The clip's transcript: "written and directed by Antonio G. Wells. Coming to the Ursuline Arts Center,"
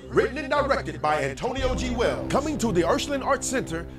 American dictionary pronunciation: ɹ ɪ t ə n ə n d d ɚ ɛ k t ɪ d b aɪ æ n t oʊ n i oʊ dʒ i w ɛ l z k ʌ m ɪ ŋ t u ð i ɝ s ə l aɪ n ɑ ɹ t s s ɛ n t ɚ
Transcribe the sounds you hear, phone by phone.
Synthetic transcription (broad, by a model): ɹ ɪ t n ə n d d ɚ ɛ k t ɪ d b aɪ æ n t oʊ n i oʊ dʒ i w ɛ l k ʌ m ɪ ŋ t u ð i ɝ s l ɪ n ɑ ɹ t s s ɛ n t ɚ